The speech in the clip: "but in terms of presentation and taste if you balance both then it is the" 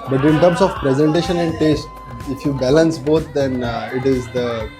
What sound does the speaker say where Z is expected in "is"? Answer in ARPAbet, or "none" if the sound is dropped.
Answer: Z